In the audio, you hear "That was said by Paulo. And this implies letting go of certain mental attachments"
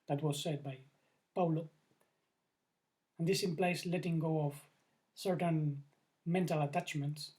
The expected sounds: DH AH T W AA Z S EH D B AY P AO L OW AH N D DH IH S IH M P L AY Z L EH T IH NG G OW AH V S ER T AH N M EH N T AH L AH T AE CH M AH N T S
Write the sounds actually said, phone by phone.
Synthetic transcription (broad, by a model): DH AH T W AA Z S EH D B AY P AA L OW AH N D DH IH S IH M P L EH S L EH T IH NG G OW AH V S ER T AH N M EH N T AH L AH T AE CH M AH N T S